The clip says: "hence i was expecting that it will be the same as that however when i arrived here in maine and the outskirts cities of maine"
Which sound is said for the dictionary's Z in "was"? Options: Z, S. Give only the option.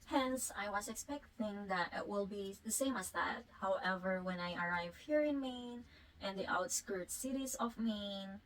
S